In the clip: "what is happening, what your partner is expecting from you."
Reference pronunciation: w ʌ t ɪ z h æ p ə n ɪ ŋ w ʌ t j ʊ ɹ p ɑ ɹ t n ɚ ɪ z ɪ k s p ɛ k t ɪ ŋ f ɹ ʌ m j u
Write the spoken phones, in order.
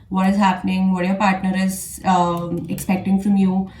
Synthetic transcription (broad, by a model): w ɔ t ɪ z h æ p ə n ɪ ŋ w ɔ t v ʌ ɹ p ɑ ɹ t n ɚ ɪ z ɪ k s p ɛ k t ɪ ŋ f ɹ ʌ m j u